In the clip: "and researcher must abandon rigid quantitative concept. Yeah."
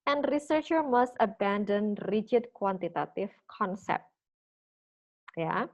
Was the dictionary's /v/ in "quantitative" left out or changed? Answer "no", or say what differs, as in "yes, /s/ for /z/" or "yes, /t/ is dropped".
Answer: yes, /f/ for /v/